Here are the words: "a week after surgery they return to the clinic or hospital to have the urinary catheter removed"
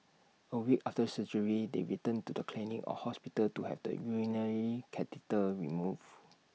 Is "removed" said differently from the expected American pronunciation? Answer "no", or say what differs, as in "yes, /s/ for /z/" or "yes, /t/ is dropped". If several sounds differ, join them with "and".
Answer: yes, /d/ is dropped